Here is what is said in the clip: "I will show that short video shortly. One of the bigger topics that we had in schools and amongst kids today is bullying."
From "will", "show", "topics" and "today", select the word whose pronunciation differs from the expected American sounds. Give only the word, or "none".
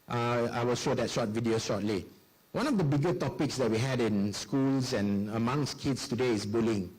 none